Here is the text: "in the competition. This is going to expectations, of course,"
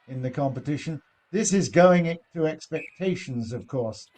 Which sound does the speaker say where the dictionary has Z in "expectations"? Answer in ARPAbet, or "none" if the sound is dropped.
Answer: Z